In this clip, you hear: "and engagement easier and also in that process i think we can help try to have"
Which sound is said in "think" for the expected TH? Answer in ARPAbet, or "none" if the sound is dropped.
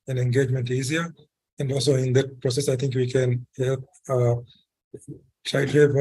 T